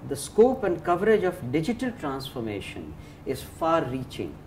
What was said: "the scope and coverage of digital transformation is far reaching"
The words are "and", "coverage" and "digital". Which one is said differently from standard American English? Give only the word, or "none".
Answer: none